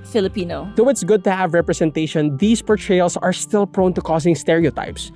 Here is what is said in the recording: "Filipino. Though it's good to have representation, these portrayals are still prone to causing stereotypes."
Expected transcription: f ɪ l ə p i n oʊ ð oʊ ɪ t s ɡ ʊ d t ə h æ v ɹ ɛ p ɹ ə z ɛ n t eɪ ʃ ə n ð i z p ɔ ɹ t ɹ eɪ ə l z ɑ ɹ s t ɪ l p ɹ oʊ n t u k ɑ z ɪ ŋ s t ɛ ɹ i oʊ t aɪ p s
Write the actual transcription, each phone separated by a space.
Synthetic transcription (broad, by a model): f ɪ l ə p i n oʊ ð oʊ ɪ t s ɡ ʊ d t ə h æ v ɹ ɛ p ɹ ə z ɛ n t eɪ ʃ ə n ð i s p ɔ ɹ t ɹ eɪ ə l s ɑ ɹ s t ɪ l p ɹ oʊ n t u k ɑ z ɪ ŋ s t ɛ ɹ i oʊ t aɪ p s